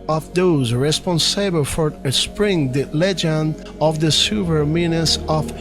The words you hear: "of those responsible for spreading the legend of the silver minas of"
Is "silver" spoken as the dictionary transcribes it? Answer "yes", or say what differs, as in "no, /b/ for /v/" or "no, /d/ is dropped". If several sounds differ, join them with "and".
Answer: no, /l/ is dropped